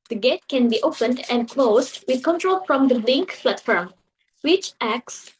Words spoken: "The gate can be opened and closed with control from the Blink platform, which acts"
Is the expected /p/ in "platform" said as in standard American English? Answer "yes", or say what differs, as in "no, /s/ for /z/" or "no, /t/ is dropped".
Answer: no, /f/ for /p/